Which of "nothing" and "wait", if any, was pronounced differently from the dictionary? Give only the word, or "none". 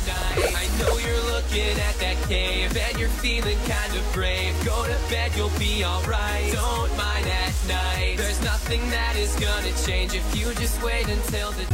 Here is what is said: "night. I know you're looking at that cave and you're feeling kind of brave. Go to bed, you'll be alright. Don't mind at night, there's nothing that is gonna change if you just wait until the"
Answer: none